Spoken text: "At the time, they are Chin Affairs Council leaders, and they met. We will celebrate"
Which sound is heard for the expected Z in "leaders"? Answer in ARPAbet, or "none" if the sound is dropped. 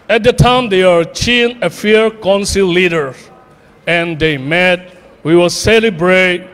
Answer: none